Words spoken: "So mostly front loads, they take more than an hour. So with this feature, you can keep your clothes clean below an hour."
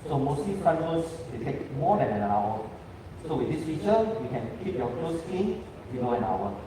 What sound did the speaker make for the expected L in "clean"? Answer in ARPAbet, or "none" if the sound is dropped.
none